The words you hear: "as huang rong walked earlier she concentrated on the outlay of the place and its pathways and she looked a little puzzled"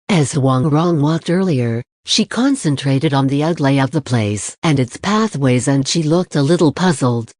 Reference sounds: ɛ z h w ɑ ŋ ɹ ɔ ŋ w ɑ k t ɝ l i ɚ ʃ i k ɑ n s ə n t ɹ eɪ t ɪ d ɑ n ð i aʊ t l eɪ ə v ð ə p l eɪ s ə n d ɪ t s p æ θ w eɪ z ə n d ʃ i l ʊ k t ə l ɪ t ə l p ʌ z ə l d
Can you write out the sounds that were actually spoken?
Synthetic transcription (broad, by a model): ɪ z h w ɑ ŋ ɹ ɔ ŋ w ɑ k t ɝ l i ɚ ʃ i k ɑ n s ə n t ɹ eɪ t ɪ d n ð i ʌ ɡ l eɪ ə v ð ə p l eɪ s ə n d ɪ t s p æ θ w eɪ z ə n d ʃ i l ʊ k t ə l ɪ t l p ʌ z l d